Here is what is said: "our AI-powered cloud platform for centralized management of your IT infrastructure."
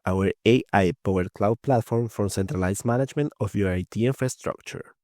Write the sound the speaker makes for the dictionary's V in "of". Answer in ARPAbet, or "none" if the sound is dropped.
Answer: F